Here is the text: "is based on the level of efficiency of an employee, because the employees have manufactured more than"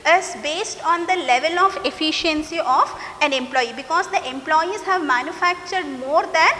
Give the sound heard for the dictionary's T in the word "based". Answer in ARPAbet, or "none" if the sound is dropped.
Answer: T